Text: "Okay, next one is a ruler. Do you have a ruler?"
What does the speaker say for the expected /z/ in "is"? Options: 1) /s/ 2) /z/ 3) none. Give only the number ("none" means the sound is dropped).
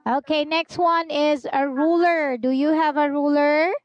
2